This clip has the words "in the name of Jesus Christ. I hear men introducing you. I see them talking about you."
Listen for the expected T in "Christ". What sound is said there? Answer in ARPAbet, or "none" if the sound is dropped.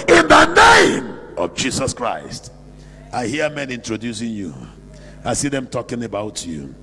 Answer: T